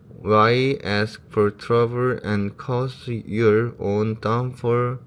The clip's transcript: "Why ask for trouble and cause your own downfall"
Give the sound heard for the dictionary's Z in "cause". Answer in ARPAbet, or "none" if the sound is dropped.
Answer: S